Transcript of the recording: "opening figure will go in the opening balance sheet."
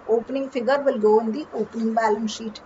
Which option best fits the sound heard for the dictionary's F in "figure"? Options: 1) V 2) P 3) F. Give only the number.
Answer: 2